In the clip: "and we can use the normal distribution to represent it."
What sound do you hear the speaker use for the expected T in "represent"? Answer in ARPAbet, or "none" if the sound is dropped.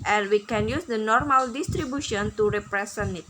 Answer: none